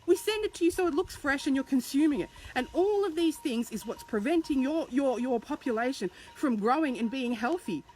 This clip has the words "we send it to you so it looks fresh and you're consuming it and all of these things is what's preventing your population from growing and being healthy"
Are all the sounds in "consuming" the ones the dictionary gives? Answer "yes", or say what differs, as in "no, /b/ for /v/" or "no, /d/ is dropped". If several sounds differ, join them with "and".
yes